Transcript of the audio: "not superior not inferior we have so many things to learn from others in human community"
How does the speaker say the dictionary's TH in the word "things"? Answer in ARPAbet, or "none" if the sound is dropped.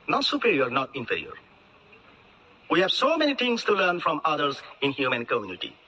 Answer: T